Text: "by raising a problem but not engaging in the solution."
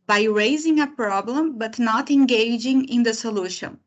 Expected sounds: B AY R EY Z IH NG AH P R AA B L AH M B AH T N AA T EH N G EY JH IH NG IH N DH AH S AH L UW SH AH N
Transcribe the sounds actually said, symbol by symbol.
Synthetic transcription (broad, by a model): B AY R EY Z IH NG AH P R AA B L AH M B AH T N AA T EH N G EY JH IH NG IH N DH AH S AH L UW SH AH N